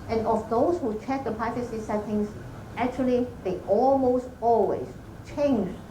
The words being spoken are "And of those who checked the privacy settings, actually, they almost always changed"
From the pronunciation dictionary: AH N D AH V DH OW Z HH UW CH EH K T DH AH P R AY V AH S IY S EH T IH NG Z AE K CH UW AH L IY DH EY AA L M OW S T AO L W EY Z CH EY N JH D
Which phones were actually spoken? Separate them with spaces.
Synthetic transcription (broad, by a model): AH N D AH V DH OW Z HH UW CH EH K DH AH P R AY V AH S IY S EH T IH NG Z AE K CH UW AH L IY DH EY AA L M OW S T AO L W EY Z CH EY N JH